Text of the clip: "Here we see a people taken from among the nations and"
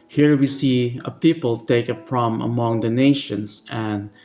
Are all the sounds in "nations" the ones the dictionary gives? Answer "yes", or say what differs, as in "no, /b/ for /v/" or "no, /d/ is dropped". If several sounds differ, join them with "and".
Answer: no, /s/ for /z/